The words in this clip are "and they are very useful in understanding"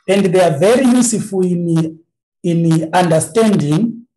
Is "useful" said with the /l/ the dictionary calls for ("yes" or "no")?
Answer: no